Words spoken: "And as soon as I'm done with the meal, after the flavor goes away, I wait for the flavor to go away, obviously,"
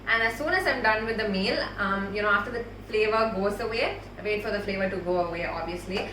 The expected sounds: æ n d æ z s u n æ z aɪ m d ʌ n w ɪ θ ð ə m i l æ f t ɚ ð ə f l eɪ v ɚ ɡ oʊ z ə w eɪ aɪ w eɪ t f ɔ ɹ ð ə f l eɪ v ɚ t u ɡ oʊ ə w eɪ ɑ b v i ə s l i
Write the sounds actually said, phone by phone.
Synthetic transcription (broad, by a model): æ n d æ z s u n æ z aɪ m d ʌ n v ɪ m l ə m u n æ f t ɚ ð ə f l eɪ v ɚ ɡ oʊ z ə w eɪ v eɪ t f ɔ ɹ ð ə f l eɪ v ɚ t u ɡ oʊ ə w eɪ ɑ b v i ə s l i